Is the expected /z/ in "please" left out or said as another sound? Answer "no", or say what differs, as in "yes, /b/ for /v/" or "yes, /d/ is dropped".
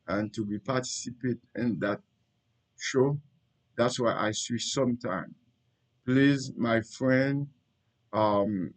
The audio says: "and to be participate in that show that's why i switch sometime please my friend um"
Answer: no